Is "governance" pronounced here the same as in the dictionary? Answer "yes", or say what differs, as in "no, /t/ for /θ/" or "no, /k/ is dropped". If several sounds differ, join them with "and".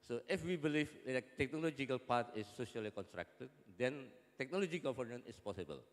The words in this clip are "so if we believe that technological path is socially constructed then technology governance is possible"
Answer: no, /s/ is dropped